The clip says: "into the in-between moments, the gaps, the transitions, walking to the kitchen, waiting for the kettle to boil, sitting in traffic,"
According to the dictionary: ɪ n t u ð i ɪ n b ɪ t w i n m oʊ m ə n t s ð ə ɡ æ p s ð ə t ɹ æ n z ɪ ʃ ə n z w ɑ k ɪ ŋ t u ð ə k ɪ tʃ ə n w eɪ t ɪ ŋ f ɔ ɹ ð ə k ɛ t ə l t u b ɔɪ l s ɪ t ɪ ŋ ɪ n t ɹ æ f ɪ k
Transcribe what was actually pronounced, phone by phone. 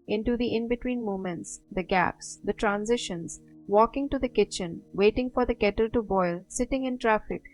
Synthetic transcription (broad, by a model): ɪ n t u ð i ɪ n b ɪ t w i n m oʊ m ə n t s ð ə ɡ æ p s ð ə t ɹ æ n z ɪ ʃ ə n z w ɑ k ɪ ŋ t u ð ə k ɪ tʃ ə n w eɪ t ɪ ŋ f ɔ ɹ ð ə k ɛ t ə l t u b ɔɪ l s ɪ t ɪ ŋ ɪ n t ɹ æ f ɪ k